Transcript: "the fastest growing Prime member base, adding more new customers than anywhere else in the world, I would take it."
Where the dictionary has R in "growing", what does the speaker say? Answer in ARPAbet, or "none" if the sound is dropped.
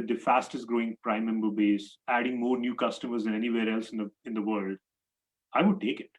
R